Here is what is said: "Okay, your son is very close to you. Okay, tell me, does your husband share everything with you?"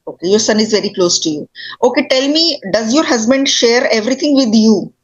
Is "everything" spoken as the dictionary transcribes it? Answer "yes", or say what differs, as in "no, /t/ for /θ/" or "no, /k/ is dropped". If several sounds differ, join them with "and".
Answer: no, /t/ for /θ/